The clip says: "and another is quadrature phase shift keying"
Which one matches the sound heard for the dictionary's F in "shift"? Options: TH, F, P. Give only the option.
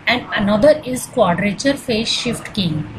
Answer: F